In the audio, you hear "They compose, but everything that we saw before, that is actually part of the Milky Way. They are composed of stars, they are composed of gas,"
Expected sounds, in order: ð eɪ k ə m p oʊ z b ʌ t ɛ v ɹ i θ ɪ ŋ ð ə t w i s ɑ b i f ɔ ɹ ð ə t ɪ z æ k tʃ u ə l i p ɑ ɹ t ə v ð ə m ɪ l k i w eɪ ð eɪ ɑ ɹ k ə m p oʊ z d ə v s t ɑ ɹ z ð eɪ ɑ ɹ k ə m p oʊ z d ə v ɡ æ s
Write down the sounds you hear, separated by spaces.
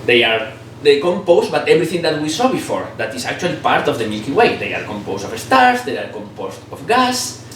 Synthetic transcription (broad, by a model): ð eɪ k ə m p oʊ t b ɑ t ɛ b ɹ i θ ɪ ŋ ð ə t w i s ɑ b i f ɔ ɹ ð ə t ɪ s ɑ k tʃ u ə l i p ɑ ɹ t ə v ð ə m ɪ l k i w eɪ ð eɪ ɑ ɹ k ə m p oʊ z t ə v s t ɑ ɹ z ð eɪ ɑ ɹ k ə m p oʊ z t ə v ɡ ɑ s